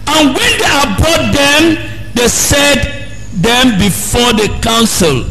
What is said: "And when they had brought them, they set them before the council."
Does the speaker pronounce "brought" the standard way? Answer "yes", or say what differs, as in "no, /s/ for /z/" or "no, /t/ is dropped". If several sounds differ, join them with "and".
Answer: no, /ɹ/ is dropped